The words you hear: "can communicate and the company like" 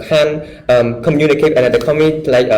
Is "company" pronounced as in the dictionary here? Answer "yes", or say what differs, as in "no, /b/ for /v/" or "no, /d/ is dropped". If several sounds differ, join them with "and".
no, /p/ is dropped